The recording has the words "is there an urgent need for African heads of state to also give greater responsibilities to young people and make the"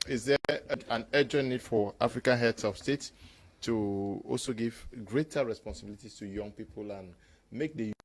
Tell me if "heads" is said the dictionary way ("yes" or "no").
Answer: no